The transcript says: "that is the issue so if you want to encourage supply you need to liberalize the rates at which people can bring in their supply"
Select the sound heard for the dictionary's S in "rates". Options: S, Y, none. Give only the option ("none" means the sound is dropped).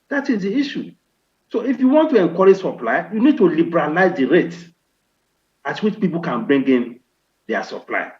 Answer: none